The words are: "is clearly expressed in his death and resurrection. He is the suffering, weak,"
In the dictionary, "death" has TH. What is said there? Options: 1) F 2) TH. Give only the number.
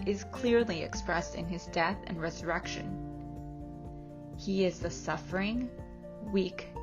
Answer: 2